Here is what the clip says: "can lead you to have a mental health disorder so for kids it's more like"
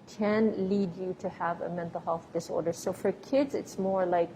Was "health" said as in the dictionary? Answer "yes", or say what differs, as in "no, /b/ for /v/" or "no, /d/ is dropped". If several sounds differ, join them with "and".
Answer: no, /f/ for /θ/